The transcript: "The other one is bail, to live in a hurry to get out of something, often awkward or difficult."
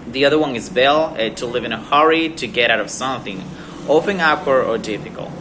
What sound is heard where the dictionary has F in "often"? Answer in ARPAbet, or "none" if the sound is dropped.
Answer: P